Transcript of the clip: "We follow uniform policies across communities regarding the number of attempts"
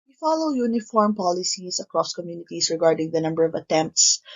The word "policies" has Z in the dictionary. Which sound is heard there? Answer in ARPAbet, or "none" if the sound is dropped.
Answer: S